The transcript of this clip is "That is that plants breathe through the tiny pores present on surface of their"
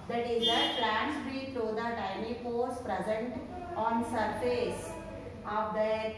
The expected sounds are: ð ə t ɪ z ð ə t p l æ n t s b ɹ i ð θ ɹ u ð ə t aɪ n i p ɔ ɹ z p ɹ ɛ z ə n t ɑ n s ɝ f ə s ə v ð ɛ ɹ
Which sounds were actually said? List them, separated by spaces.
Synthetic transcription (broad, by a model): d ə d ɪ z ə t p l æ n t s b i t ɹ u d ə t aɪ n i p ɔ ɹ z p ɹ ɛ z ə n t ɑ n s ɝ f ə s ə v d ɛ